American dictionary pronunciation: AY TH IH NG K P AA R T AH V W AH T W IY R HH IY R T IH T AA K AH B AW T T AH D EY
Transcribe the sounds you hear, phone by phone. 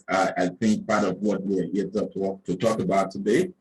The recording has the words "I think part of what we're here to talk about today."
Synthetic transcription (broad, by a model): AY TH IH NG K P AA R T AH V W AH T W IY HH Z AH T T IH T AA K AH B AW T T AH D EY